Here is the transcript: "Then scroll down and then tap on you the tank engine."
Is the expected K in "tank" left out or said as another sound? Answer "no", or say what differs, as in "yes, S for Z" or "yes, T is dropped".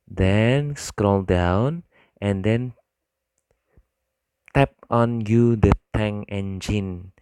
yes, K is dropped